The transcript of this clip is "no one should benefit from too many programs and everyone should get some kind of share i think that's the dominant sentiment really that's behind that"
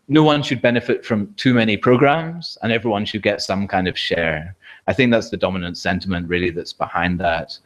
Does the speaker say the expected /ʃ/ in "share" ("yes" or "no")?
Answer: yes